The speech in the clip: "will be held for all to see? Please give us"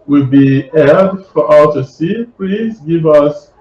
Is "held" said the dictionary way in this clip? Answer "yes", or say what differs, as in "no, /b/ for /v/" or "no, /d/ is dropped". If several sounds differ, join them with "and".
no, /l/ is dropped